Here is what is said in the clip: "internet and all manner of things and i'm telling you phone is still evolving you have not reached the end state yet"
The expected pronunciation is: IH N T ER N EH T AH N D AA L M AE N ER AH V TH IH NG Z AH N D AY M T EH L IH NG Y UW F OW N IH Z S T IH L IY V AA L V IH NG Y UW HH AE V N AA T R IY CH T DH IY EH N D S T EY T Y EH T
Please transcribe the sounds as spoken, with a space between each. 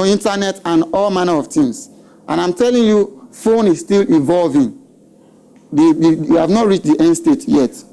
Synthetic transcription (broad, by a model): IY N T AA N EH T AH N AA L M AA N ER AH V T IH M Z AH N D AY M T EH L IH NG Y UW F OW N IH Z S T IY L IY V AA L V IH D Y UW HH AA V N AA T R IY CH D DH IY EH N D S T EY T Y EH T